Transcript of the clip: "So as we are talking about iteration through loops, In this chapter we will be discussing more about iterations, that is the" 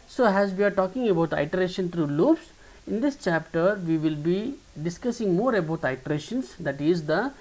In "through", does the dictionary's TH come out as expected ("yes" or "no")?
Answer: no